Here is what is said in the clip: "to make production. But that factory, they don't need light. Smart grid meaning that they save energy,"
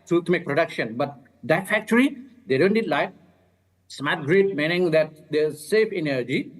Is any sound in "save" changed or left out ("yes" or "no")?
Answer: yes